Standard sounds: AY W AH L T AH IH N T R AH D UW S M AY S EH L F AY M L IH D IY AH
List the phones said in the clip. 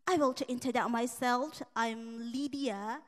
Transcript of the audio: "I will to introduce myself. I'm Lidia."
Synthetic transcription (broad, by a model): AY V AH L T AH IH N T AH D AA M AY S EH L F AY M L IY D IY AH